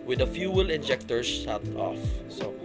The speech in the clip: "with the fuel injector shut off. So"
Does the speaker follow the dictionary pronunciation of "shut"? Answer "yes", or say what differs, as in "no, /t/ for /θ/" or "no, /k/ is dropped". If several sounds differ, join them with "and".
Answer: no, /s/ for /ʃ/